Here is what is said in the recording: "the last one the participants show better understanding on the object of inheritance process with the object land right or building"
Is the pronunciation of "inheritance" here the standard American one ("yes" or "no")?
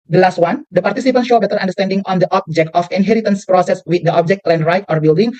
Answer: yes